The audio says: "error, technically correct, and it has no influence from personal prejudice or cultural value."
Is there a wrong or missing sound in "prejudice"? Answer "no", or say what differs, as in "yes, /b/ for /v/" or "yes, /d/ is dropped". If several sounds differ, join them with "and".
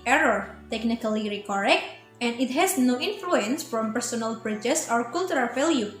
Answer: yes, /b/ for /p/